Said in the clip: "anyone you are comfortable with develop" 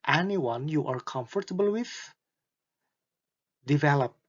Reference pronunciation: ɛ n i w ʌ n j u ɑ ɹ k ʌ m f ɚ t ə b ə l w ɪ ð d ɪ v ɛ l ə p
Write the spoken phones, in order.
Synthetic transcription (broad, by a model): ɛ n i w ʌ n j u ɑ ɹ k ʌ m f ɚ t ə b ə l w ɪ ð d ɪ v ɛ l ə p